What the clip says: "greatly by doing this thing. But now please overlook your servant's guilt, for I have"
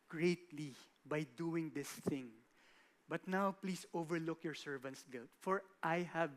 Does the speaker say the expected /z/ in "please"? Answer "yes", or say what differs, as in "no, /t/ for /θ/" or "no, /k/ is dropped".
no, /s/ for /z/